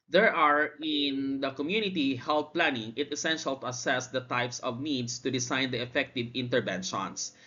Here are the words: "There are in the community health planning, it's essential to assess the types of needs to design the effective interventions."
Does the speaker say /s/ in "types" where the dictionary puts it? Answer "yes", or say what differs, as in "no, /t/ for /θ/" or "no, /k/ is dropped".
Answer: yes